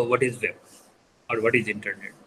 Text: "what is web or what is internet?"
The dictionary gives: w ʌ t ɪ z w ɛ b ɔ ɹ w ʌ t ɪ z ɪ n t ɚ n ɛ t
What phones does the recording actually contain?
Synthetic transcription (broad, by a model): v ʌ t ɪ z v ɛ ɔ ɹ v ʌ t ɪ z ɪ n t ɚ n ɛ t